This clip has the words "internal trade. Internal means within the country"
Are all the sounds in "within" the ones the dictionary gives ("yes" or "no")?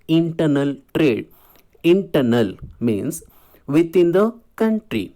no